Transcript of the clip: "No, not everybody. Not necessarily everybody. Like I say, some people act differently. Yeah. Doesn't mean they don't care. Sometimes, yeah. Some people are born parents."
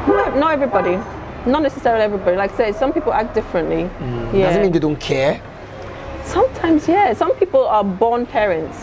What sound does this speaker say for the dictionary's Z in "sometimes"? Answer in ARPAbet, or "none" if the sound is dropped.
Z